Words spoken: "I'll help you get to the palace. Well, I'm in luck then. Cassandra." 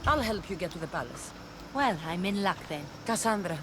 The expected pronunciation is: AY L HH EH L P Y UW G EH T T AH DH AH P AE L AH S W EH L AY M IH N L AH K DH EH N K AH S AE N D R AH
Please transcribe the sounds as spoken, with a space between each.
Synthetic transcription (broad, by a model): AY L HH EH L P Y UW G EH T T AH DH AH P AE L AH S W EH L AY M IH N L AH K DH EH N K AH S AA N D R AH